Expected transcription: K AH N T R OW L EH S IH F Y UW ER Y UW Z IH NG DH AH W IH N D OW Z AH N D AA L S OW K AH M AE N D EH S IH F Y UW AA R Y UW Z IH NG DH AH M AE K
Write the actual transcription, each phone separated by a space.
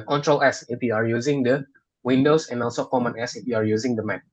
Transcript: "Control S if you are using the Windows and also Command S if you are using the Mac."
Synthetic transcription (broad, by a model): K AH N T R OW L EH S IH F Y UW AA Y UW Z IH NG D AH W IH N D OW S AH N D AA L S OW K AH M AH N EH S IH F Y UW AA R Y UW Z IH NG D AH M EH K